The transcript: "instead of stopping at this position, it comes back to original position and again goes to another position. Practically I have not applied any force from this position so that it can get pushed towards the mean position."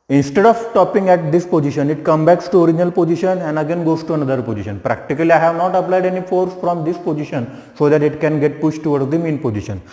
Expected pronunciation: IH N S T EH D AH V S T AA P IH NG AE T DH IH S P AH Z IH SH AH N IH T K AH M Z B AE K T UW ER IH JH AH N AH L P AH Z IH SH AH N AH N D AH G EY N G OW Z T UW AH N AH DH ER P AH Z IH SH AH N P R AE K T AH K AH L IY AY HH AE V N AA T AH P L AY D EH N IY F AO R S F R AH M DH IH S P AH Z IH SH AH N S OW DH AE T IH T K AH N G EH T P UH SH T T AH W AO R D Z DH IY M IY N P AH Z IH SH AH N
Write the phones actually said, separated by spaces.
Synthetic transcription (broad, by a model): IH N S T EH D AH V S T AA P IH NG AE T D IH S P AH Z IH SH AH N IH T K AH M B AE K T UW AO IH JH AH N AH L P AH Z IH SH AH N AH N D AH G EY N G OW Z T UW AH N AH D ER P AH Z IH SH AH N P R AE K T AH K AH L IY AY HH AE V N AA T AH P L AY D EH N IY F AO R S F R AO M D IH S P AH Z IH SH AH N S OW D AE T IH T K AH N G EH T P UH SH T T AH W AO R D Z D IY M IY N P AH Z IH SH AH N